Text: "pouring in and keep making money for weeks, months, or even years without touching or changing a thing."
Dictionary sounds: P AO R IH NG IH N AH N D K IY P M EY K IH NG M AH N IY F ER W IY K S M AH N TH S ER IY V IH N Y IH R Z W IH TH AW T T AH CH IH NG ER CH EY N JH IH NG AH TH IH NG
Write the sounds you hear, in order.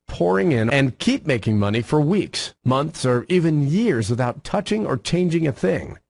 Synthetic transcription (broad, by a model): P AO R IH NG IH N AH N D K IY P M EY K IH NG M AH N IY F ER W IY K S M AH N TH S ER IY V IH N Y IH R Z W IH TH AW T T AH CH IH NG ER CH EY N JH IH NG AH TH IH NG